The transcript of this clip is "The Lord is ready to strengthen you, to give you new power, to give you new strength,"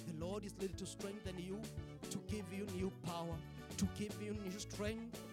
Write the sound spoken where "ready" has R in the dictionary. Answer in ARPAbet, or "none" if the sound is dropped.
L